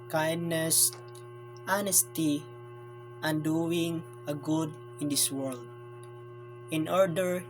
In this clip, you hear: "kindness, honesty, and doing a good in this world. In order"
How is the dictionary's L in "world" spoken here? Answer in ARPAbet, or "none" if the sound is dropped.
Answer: L